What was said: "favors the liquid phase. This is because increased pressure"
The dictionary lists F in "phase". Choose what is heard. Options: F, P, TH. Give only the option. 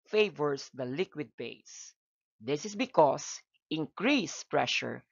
P